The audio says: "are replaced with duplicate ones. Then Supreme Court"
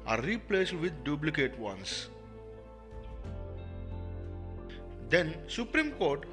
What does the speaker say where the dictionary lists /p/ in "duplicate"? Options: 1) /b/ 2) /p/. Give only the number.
1